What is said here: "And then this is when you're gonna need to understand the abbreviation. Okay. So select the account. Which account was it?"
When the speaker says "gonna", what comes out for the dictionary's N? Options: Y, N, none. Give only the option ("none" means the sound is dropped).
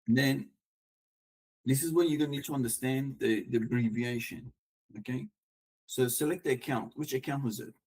none